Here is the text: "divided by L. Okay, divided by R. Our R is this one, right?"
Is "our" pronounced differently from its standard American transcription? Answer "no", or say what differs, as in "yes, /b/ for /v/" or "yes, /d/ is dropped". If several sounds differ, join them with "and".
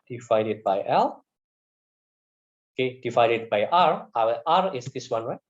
yes, /w/ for /ɹ/